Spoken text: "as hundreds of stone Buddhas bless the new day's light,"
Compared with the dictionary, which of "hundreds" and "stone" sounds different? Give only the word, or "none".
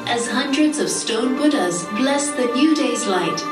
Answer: none